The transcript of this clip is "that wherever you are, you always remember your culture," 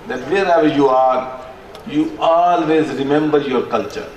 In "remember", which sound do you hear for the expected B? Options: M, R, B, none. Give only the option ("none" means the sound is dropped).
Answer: B